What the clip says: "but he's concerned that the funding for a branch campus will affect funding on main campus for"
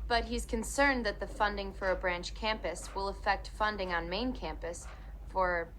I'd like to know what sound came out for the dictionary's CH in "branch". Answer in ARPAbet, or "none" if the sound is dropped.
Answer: CH